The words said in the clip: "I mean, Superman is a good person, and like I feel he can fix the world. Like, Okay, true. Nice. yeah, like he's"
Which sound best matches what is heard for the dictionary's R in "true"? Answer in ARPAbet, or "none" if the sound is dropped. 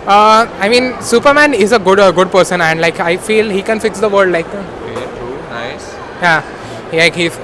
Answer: none